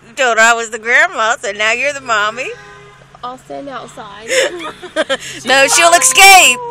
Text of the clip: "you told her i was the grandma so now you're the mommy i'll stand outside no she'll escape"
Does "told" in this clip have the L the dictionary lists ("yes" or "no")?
no